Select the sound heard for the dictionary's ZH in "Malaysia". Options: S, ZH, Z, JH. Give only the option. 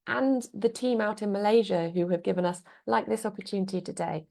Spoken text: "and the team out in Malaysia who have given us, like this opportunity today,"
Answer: ZH